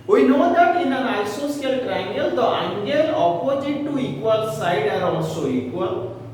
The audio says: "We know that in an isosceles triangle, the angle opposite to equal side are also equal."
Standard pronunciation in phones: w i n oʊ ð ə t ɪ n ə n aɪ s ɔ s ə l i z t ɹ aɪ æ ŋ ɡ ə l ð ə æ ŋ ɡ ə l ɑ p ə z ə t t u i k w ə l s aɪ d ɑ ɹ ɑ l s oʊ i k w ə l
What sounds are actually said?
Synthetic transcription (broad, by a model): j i n oʊ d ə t ɪ n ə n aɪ s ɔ s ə ʌ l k ɹ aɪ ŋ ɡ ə l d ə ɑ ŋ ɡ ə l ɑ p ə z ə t t u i k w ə l s aɪ d ɑ ɹ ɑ s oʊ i k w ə l